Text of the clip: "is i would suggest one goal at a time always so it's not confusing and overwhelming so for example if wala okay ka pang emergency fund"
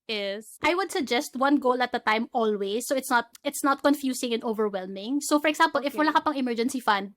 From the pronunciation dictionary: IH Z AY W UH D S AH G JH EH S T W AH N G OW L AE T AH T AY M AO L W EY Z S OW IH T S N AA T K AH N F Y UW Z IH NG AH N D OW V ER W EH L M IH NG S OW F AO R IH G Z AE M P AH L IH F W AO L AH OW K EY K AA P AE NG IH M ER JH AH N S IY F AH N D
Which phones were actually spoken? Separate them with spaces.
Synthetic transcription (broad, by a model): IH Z AY W UH D S AH G JH EH S T W AH N G OW L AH T AH T AY M AO L W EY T S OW IH T S N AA T K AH N F Y UW S IH NG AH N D OW V ER W EH L M IH NG S OW F AO R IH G S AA M P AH L IH F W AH L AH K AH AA P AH NG IH M ER JH AH N S IY F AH N D